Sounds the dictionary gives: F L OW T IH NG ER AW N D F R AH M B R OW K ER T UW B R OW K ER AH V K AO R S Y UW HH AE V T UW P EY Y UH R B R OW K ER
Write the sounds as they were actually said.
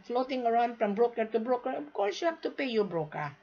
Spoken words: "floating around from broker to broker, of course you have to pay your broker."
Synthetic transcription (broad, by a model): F L OW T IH NG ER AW N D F R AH M B R OW K ER T UW B R OW K ER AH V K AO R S Y UW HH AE P T UW P EY Y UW B R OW K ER